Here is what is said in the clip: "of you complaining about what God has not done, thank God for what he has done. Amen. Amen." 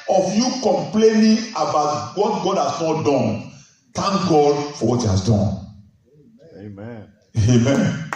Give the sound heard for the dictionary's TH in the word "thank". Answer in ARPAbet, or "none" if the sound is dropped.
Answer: T